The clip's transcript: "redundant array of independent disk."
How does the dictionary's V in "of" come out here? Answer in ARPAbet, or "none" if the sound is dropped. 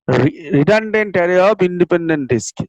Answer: P